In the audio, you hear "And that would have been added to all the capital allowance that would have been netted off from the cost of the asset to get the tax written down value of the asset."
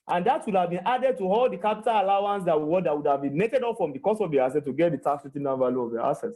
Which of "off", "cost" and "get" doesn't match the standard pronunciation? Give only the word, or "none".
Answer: off